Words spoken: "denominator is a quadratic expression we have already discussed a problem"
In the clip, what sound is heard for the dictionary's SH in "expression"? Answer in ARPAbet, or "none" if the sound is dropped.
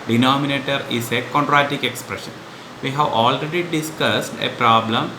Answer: SH